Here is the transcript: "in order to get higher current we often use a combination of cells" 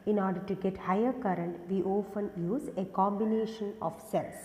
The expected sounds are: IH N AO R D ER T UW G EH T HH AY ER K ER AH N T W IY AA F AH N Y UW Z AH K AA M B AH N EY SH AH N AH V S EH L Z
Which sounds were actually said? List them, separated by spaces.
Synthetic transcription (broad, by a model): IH N AO R D ER T UW G EH T HH AY ER K ER AH N T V IY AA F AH N Y UW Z AH K AA M B AH N EY SH AH N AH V S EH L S